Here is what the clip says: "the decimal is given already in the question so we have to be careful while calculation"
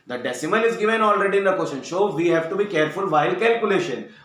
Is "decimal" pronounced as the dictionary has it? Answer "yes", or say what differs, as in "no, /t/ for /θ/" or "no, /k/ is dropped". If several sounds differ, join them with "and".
no, /n/ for /l/